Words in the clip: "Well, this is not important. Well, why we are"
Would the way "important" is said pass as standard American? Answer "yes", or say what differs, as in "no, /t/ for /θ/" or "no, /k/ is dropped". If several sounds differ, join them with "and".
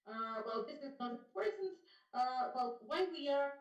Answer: no, /m/ is dropped